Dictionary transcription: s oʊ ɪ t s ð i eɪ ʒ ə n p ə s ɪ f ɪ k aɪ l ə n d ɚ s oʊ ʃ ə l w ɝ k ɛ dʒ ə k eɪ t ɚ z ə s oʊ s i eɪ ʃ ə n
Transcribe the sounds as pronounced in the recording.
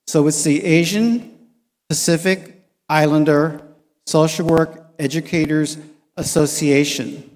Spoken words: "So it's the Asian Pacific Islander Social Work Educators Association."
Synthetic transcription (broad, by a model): s oʊ ɪ t s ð i eɪ ʒ ə n p ə s ɪ f ɪ k aɪ l ə n d ɚ s oʊ ʃ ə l w ɝ k ɛ dʒ ə k eɪ t ɚ z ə s oʊ s i eɪ ʃ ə n